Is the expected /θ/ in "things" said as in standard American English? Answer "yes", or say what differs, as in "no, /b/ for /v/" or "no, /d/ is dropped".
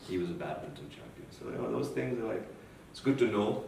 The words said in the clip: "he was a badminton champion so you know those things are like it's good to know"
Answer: yes